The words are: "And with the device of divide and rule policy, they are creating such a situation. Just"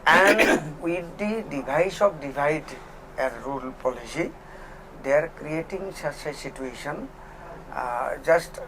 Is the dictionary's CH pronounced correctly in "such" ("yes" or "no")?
no